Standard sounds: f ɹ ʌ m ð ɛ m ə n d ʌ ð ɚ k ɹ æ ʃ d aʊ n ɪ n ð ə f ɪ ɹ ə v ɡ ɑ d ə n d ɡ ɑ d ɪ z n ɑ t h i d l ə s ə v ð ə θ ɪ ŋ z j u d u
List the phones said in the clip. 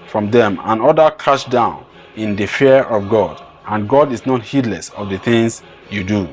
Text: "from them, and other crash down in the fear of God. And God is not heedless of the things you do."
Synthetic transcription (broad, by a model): f ɹ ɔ m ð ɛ m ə n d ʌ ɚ k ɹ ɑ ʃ d aʊ n ɪ n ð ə f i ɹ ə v ɡ ɑ d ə n ɡ ɑ d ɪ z n ɑ t h i d l ə s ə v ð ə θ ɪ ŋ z j u d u